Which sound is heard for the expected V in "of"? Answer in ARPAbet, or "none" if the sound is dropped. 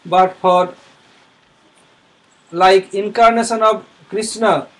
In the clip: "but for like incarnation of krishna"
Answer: B